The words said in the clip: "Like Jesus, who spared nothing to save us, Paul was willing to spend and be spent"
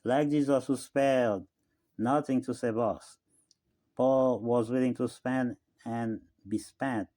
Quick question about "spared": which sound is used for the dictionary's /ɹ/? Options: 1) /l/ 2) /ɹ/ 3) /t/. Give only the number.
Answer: 1